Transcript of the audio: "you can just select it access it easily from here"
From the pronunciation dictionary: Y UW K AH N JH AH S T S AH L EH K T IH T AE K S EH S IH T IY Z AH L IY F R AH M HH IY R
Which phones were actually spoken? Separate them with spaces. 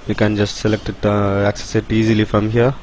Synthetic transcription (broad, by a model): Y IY K AH N JH AH S T S AH L EH K T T AE K S EH S IH T IY Z AH L IY F R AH M HH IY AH